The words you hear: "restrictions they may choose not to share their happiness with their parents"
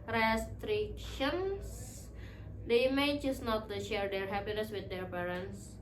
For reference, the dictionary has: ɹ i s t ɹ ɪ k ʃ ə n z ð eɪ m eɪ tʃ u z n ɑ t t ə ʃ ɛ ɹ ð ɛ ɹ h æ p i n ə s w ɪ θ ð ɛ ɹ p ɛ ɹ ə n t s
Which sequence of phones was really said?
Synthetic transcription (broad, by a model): ɹ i s t ɹ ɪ k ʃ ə n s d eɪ m eɪ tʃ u s n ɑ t t ə ʃ ɛ ɹ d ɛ ɹ h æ p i n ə s w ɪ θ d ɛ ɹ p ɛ ɹ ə n s